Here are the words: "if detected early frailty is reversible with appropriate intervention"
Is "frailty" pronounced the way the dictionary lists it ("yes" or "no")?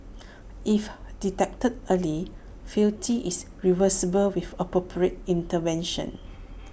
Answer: no